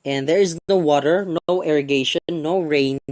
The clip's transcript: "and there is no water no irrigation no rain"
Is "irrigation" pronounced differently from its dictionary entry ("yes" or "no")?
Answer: yes